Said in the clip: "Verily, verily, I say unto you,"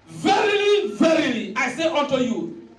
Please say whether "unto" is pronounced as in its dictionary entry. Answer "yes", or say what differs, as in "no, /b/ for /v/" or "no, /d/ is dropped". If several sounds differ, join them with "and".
no, /n/ is dropped